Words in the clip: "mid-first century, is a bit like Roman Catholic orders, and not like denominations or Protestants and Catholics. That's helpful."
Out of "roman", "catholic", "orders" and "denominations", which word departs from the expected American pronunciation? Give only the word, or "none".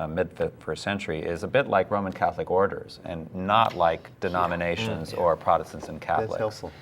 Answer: none